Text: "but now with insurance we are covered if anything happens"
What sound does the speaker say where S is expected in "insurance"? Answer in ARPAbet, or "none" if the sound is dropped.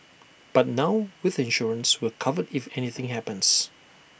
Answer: S